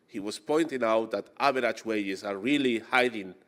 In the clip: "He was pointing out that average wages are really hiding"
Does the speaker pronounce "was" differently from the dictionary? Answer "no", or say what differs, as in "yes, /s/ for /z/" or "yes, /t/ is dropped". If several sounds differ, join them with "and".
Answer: yes, /s/ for /z/